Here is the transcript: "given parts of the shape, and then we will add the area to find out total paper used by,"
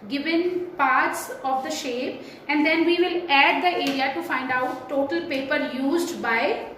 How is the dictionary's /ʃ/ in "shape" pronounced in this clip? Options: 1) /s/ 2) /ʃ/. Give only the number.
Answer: 2